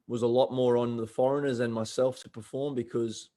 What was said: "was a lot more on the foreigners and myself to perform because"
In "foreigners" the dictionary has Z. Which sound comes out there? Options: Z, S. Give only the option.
Z